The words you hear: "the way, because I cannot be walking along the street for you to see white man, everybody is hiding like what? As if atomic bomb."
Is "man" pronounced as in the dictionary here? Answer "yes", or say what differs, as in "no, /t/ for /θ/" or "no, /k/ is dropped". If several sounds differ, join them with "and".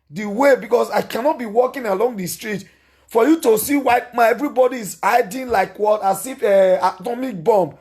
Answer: no, /n/ is dropped